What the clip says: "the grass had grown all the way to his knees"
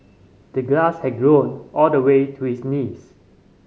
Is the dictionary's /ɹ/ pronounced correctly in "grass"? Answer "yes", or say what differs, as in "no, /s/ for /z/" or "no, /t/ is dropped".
no, /l/ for /ɹ/